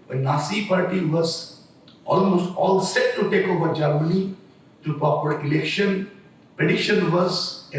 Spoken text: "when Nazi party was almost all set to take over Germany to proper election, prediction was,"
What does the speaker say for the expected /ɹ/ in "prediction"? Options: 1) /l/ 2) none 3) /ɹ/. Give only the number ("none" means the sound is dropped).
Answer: 2